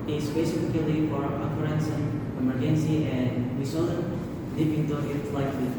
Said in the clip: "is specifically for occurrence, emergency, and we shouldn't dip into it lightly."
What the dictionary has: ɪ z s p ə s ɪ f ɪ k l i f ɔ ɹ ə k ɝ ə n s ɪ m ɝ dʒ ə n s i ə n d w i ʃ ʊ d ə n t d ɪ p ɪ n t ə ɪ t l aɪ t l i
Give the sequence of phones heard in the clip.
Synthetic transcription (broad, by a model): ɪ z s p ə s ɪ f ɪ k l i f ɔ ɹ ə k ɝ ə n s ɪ m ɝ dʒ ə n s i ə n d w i s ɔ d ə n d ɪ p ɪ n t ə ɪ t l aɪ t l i